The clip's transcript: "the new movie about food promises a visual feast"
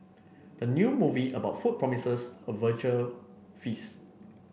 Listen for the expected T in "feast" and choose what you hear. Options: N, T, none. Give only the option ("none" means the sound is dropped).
none